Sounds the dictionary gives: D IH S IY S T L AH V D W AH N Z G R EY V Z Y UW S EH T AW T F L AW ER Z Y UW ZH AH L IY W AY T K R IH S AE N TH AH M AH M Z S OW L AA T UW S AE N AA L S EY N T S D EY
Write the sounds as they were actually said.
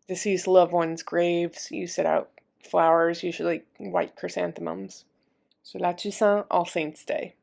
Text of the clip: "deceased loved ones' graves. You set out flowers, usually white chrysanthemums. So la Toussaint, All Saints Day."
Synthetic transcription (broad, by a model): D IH S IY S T L AH V W AH N Z G R EY V Z Y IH S EH T AW T F L AW ER Z Y UW ZH L IY W AY T K R IH S AE N TH AH M AH M Z S OW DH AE T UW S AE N AA L S EY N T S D EY